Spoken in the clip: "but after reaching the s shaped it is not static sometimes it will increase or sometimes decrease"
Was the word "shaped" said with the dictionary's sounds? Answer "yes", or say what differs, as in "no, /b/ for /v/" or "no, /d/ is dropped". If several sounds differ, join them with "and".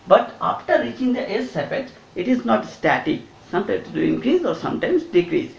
no, /p/ is dropped